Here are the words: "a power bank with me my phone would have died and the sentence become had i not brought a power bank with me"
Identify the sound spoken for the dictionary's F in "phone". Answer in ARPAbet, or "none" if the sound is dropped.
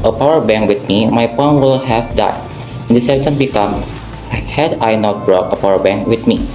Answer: P